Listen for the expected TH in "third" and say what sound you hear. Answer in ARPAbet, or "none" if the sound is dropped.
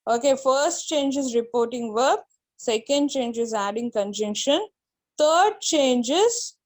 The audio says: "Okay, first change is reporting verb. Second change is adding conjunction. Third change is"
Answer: T